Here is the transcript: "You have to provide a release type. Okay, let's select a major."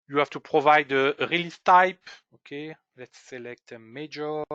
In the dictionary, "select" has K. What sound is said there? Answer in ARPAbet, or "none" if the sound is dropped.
K